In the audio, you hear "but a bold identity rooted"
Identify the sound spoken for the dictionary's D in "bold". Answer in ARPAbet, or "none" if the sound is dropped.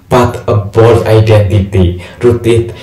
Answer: none